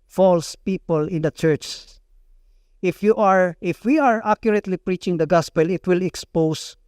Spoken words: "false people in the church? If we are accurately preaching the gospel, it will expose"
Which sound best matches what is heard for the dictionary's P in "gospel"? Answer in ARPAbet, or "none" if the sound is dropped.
P